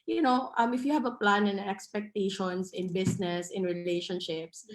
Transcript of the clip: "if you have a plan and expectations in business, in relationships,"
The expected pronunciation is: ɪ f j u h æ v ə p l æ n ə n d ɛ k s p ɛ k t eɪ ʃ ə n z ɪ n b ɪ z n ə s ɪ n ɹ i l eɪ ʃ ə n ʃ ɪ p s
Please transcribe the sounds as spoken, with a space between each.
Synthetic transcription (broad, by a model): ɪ f j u h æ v ə p l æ n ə n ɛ k s p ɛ k t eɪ ʃ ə n s ɪ n b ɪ s n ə s ɪ n ɹ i l eɪ ʃ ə n ʃ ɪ p s